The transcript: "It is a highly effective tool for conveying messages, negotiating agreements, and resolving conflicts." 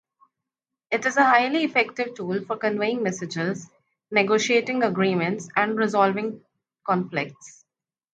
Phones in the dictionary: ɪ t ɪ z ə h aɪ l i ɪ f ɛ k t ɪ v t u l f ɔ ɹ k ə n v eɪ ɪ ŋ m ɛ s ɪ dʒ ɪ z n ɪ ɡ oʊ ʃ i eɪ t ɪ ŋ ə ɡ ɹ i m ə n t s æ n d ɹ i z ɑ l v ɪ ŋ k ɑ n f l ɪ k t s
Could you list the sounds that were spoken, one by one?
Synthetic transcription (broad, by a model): ɪ t ɪ z ə h aɪ l i ɪ f ɛ k t ɪ v t u l f ɔ ɹ k ə n v eɪ ɪ ŋ m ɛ s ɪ dʒ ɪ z n ɪ ɡ oʊ ʃ i eɪ t ɪ ŋ ə ɡ ɹ i m ə n t s æ n d ɹ i z ɑ l v ɪ ŋ k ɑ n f l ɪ k t s